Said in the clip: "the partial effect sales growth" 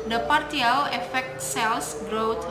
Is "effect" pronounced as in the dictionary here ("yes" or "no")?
yes